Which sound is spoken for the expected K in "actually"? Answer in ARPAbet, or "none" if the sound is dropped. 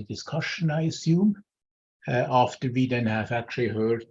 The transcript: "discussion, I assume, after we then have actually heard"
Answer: K